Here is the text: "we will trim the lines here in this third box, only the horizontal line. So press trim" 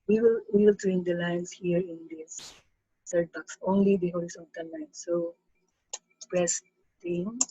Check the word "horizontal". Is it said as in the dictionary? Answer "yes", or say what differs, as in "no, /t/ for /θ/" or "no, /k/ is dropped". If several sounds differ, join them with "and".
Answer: no, /l/ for /ɹ/ and /s/ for /z/ and /n/ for /l/